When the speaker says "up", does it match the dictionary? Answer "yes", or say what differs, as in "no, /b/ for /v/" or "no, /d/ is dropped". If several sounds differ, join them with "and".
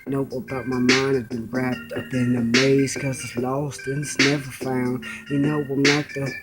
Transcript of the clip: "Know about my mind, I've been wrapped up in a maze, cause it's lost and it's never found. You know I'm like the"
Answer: no, /b/ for /p/